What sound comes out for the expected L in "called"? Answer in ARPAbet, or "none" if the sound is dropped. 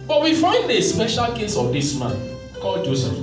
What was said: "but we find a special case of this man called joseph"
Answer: none